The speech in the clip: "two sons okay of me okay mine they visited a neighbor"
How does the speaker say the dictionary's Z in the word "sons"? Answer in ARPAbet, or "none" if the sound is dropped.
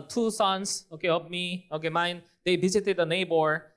S